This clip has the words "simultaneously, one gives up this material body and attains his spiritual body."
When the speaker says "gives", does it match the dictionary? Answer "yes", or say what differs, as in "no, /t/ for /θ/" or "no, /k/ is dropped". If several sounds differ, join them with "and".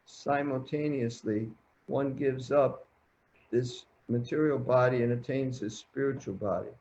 yes